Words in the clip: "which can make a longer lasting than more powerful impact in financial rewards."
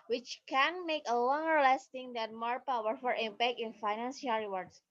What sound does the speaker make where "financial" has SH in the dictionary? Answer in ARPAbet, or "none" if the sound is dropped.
S